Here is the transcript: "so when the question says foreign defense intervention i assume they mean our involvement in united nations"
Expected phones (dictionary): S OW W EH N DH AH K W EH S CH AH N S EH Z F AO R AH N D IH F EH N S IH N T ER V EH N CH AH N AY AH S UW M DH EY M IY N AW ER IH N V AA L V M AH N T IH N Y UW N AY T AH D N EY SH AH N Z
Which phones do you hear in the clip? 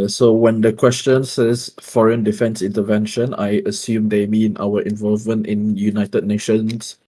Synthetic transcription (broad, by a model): S OW W EH N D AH K W EH S CH AH N S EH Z F AO R AH N D IH F EH N S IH N T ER V EH N SH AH N AY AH S UW M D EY M IY N AW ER IH N V AA L V M AH N T IH N Y UW N AY T AH D N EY SH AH N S